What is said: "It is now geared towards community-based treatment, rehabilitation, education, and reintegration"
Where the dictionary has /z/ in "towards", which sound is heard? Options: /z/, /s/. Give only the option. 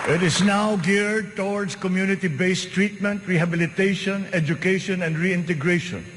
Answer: /s/